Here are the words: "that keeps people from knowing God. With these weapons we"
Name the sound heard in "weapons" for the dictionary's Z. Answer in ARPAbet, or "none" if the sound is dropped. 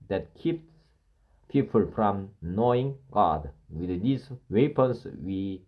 S